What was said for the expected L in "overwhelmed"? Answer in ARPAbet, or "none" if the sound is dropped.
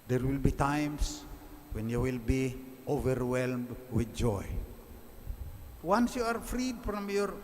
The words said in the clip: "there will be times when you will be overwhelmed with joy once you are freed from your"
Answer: L